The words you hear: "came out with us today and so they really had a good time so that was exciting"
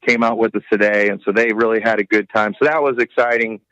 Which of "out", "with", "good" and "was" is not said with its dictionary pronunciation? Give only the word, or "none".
none